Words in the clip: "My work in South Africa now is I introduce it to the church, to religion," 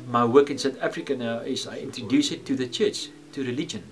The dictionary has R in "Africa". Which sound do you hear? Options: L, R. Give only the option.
R